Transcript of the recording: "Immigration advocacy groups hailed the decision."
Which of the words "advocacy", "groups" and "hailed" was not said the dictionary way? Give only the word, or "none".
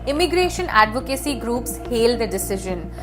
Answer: none